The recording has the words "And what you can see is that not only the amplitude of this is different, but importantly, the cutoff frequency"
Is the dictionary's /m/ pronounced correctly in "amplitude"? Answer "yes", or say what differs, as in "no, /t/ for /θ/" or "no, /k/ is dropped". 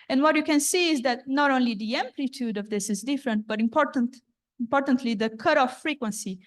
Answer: yes